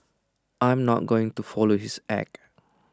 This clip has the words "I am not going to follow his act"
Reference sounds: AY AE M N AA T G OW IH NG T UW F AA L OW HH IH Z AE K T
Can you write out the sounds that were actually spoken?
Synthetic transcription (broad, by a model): AY M N AA T G OW IH NG T UW F AA L OW HH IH S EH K